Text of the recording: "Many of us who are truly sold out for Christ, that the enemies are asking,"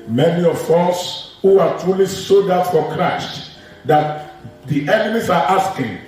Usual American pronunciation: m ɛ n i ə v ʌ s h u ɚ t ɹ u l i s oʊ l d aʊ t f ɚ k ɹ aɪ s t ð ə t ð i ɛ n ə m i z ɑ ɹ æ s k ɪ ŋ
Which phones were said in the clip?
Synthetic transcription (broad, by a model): m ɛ n i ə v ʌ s h u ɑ t ɹ u l i s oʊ d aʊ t f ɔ k ɹ aɪ s t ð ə t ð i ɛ n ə m i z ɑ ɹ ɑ s k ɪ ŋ